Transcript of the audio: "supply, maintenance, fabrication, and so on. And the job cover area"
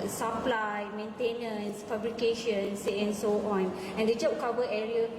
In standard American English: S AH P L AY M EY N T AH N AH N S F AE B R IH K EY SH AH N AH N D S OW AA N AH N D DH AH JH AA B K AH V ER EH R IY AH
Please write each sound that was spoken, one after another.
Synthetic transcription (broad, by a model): S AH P L AY M EY N T AH N AH N S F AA B R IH K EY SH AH N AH N S OW AA N AH N D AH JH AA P K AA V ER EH R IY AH